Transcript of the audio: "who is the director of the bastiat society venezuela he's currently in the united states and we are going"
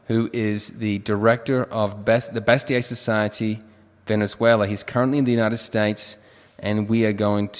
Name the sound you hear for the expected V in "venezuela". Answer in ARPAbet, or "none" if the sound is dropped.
V